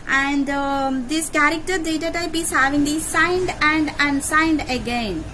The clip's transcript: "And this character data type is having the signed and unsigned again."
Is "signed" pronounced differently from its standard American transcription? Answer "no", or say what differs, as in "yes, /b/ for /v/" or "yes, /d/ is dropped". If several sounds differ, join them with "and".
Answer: no